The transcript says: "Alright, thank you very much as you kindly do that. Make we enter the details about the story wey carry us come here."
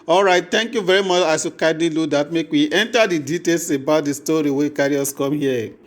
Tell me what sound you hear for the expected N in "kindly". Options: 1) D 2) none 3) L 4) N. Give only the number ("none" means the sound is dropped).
2